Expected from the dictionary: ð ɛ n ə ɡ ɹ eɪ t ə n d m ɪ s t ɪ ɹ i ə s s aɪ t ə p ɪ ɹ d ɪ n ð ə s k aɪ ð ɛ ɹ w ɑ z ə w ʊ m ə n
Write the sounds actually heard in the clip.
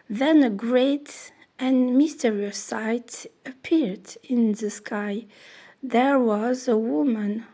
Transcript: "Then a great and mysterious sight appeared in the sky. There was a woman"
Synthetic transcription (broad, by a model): ð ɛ n ə ɡ ɹ eɪ t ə n m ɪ s t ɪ ɹ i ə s s aɪ t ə p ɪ ɹ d ɪ n ð ə s k aɪ ð ɛ ɹ w ɑ z ə w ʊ m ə n